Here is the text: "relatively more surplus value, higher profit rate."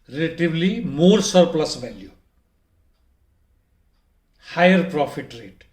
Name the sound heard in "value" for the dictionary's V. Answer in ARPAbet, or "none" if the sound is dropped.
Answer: B